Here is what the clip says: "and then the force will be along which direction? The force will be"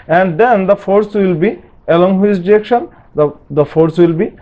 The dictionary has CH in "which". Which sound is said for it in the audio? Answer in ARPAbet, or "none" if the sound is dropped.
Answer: S